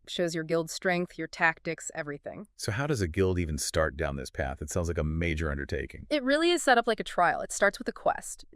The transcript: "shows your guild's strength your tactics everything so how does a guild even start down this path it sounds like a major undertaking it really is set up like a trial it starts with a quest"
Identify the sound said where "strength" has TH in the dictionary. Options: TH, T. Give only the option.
TH